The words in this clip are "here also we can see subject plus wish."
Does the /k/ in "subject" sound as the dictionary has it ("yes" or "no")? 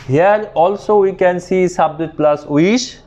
no